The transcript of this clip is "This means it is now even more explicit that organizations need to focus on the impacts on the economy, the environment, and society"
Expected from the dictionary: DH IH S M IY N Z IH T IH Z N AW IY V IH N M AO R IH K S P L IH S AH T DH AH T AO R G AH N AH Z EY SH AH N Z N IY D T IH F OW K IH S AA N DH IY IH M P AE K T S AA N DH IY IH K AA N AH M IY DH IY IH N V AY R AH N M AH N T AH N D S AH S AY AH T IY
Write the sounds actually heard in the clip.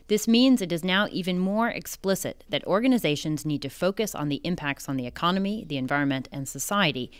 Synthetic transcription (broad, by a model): DH IH S M IY N Z IH T IH Z N AW IY V IH N M AO R IH K S P L IH S AH T DH AH T AO R G AH N AH Z EY SH AH N Z N IY D T IH F OW K IH S N DH IY IH M P AE K T S N DH IY IH K AA N AH M IY DH IY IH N V AY R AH N M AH N T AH N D S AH S AY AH T IY